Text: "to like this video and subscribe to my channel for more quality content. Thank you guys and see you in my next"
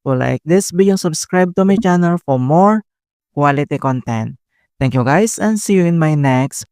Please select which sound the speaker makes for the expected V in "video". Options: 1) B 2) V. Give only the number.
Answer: 1